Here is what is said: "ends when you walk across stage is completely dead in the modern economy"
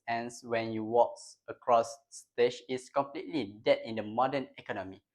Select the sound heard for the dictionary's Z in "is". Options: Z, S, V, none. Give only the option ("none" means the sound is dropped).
S